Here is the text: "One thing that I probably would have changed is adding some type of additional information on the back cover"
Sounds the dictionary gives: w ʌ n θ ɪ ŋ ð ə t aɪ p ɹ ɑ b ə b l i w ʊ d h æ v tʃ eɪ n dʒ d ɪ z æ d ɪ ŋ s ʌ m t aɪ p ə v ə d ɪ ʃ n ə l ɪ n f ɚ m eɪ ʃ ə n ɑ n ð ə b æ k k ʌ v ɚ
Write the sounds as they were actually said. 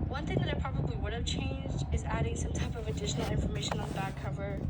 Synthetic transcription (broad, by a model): w ʌ n θ ɪ ŋ ð ə t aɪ p ɹ ɑ b ə b l i w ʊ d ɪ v tʃ eɪ n dʒ d ɪ z æ d ɪ ŋ s ʌ m t aɪ p ə v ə d ɪ ʃ n l ɪ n f ɚ m eɪ ʃ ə n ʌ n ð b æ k k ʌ v ɚ